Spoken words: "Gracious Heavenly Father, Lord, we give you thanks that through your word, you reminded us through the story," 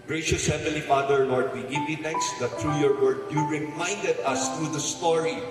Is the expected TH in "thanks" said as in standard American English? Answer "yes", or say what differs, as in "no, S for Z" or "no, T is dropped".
no, T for TH